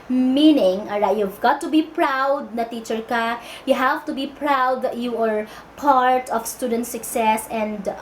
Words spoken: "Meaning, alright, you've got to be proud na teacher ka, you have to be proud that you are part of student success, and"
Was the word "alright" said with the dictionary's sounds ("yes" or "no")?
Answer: no